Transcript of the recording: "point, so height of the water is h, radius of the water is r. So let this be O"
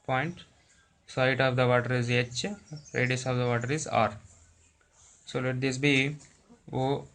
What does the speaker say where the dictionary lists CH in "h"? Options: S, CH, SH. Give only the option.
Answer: CH